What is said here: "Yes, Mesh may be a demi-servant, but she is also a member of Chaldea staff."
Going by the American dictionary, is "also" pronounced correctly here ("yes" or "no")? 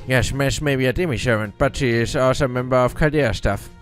no